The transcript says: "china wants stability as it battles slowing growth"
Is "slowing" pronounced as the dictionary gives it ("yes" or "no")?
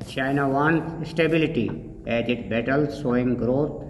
no